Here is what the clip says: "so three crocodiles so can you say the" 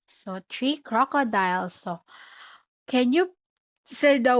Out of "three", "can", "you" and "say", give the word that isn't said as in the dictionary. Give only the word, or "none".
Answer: three